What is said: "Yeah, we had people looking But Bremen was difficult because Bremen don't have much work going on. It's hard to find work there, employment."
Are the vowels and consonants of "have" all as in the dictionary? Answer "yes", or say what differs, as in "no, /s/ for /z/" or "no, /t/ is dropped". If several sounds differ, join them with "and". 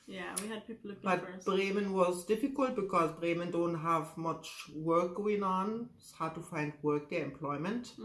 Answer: yes